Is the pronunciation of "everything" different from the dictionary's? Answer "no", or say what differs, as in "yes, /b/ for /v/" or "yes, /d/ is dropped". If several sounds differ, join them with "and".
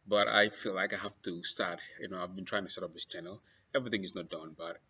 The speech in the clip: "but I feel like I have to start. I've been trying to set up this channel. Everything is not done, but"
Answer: no